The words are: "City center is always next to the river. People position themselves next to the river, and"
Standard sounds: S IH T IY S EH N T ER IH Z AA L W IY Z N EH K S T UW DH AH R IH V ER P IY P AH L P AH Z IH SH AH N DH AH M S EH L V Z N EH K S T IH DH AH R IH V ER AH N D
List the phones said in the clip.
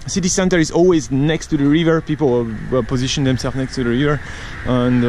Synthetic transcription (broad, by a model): S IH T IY S EH N T ER IH Z AA L W IY Z N EH K S T UW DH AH R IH V ER P IY P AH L P AH Z IH SH AH N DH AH M S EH L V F N EH K S T IH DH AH R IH V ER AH N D